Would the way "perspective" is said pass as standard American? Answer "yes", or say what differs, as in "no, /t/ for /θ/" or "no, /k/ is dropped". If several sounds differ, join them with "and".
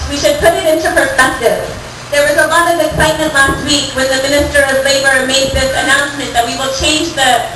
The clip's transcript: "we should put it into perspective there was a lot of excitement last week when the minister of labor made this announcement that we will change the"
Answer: yes